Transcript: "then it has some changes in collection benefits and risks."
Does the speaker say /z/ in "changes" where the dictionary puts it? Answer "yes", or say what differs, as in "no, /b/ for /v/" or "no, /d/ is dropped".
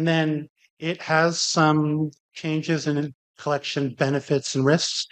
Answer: yes